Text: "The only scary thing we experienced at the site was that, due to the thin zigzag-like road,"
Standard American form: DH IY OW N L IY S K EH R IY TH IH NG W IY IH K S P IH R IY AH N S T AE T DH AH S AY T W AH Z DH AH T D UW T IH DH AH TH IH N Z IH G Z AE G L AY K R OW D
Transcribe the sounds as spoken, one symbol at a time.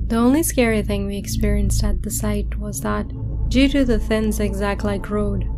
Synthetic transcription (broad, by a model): DH IY OW N L IY S K EH R IY TH IH NG W IY IH K S P IH R IY AH N S T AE T DH AH S AY T W AH Z DH AH T D UW T IH DH AH TH IH N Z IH G Z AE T L AY K R OW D